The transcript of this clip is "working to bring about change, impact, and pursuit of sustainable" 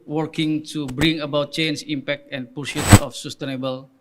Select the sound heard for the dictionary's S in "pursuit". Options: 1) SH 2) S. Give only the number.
1